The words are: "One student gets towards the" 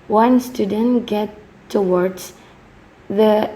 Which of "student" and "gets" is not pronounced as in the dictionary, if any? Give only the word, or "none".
gets